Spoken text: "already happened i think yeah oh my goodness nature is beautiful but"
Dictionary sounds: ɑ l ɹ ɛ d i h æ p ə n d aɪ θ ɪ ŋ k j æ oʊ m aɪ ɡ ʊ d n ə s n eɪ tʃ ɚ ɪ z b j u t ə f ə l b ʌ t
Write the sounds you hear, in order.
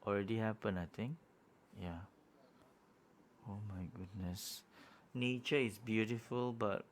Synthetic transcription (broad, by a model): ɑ l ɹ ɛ d i h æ p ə n aɪ t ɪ ŋ k j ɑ oʊ m aɪ ɡ ʊ d n ə s n eɪ tʃ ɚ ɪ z b j u t ə f ə l b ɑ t